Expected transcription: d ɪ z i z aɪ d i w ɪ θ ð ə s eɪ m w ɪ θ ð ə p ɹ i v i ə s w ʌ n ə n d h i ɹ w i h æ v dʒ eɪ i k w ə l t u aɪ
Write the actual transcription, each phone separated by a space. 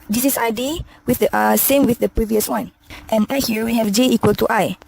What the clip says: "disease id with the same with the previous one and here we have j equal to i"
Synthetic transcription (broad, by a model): d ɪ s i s aɪ d i w ɪ θ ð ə s eɪ m w ɪ θ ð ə p ɹ i v i ə s w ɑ n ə n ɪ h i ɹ w i h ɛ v dʒ eɪ i k w ə l t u aɪ